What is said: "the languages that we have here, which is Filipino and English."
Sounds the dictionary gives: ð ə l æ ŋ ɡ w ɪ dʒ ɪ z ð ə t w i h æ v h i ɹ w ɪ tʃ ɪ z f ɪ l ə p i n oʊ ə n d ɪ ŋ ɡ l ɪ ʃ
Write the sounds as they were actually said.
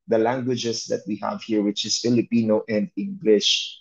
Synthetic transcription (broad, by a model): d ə l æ ŋ ɡ w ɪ dʒ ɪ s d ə t w i h æ v h i ɹ w ɪ tʃ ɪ s f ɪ l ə p i n oʊ ə n d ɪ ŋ ɡ l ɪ ʃ